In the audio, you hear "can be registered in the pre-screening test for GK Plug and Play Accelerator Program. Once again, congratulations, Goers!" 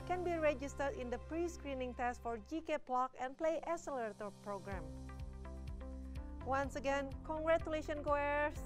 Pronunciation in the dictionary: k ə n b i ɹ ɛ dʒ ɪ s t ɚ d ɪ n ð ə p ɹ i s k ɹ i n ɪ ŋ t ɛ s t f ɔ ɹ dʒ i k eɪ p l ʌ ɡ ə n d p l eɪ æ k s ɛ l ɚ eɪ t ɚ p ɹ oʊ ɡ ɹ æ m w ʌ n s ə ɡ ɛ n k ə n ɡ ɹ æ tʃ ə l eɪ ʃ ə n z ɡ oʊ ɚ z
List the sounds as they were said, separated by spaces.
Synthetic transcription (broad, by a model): k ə n b i ɹ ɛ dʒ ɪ s t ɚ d ɪ n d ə p ɹ i s k ɹ i n ɪ ŋ t ɛ s t f ɔ ɹ dʒ i k eɪ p l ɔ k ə n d p l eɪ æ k s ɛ l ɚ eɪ t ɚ p ɹ oʊ ɡ ɹ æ m w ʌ n s ə ɡ ɛ n k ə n ɡ ɹ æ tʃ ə l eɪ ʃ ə n ɡ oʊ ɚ